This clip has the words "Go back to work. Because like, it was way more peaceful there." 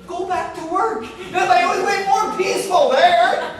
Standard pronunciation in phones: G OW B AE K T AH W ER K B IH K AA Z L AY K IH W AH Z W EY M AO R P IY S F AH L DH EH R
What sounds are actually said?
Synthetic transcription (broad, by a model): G OW B AE K T AH W ER K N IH AA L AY IH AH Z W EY M AO R P IY S F AH L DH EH R